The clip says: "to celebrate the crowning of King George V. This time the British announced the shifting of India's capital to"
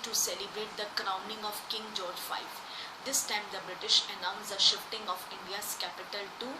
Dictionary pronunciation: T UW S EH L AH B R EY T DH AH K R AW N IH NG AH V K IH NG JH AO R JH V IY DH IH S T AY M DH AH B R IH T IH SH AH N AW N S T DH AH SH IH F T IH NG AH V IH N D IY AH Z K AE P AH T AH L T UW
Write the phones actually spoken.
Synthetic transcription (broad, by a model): T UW S EH L AH B R EY T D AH K R AW N IH NG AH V K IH NG JH AO R JH F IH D IH S T AY M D AH B R IH T IH SH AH N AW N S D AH SH IH F T IH NG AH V IH N D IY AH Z K AE P AH T AH L T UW